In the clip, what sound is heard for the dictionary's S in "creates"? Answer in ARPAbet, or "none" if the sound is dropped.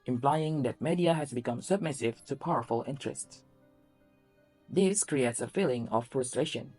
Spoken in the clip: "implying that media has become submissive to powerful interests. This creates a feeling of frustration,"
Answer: S